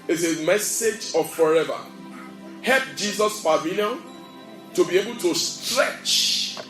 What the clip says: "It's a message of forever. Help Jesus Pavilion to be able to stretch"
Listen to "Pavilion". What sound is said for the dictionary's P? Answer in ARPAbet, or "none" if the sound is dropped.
F